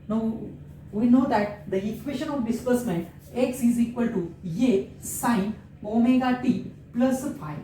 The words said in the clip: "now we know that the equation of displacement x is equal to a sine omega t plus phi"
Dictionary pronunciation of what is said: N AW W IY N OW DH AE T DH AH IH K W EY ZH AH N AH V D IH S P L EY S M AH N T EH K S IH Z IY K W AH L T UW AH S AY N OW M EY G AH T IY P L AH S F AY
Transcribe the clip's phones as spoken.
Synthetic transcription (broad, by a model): N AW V IY N OW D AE T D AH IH K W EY SH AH N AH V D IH S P AH S M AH N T EH K S IH Z IY K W AH L T UW AH S AY N OW M EY G AH T IY P L AH S F AY